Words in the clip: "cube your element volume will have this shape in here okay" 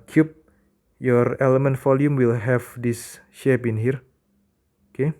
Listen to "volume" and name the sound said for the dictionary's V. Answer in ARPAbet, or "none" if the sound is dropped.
F